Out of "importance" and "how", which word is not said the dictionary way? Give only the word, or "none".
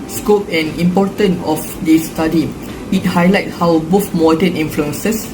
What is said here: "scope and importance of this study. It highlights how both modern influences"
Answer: importance